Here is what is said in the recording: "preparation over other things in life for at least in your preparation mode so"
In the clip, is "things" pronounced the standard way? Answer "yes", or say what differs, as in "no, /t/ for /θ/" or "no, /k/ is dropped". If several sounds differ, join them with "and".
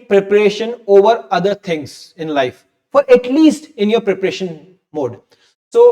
no, /t/ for /θ/